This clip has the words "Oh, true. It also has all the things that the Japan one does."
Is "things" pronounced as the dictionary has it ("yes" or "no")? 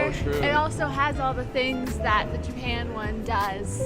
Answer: yes